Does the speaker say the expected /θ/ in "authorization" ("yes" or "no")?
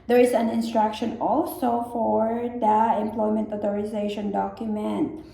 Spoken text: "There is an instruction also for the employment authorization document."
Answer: no